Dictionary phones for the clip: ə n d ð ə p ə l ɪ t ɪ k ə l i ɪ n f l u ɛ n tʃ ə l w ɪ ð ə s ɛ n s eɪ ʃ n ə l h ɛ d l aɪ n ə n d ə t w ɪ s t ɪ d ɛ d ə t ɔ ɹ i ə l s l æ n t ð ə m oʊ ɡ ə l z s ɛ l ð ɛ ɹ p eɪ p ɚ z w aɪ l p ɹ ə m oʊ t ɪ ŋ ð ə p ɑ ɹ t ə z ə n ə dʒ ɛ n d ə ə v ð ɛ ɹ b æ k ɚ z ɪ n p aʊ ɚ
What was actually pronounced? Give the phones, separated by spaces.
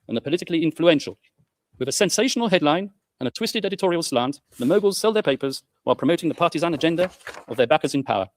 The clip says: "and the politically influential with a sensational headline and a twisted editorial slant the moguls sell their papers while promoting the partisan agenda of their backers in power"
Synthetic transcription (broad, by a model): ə n ð ə p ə l ɪ t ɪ k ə l i ɪ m f l u ɛ n ʃ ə l w ɪ ð ə s ɛ n s eɪ ʃ n ə l h ɛ d l aɪ n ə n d ə t w ɪ s t ɪ d ɛ d ə t ɔ ɹ i ə l s l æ n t ð ə m oʊ ɡ ə l z s ɛ l ð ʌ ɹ p eɪ p ɚ z w aɪ l p ɹ ə m oʊ t ɪ ŋ ð ə p ɑ ɹ t ə z ə n ə dʒ ɛ n d ə ə v ð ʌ ɹ b æ k ɚ z ɪ n p aʊ ɚ